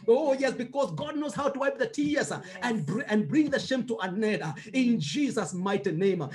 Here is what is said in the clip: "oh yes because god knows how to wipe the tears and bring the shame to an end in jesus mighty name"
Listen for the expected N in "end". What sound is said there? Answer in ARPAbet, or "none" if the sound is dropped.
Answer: none